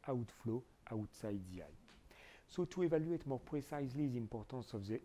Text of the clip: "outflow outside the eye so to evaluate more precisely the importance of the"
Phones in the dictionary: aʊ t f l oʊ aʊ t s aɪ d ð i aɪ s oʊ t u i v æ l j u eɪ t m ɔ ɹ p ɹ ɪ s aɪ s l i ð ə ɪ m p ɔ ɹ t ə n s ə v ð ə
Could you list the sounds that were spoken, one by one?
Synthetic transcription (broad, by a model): aʊ t f l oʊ aʊ t s aɪ d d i aɪ s oʊ t u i v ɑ l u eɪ t m ɔ ɹ p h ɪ s aɪ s l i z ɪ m p ɔ ɹ t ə s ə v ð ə